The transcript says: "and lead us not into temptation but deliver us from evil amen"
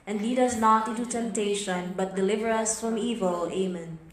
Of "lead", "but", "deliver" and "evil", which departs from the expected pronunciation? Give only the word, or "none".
none